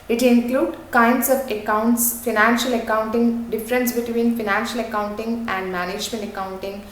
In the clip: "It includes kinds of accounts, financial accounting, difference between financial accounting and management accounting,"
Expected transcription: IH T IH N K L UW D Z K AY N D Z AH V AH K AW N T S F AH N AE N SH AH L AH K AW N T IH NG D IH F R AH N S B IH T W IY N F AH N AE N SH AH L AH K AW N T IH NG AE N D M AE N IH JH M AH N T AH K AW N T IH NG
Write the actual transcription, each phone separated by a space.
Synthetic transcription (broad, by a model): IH T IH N K L UW D K AY N D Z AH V AH K AW N T S F AH N AE N SH AH L AH K AW N T IH NG D IH F R AH N S B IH T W IY N F AH N AE N SH AH L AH K AW N T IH NG AE N D M AE N IH JH M AH N T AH K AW N T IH NG